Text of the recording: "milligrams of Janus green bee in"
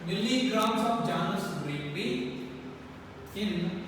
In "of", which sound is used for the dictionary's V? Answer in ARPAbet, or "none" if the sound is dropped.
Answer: P